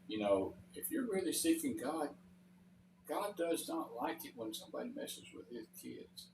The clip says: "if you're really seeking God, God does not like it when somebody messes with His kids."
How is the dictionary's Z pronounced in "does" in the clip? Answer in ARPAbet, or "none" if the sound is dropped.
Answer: Z